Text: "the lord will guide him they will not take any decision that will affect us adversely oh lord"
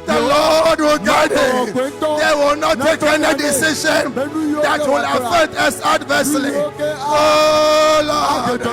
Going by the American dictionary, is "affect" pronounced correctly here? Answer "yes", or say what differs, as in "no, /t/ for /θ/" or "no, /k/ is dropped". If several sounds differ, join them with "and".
no, /k/ is dropped